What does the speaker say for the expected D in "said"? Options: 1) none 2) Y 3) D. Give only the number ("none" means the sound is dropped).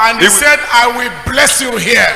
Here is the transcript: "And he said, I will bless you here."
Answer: 3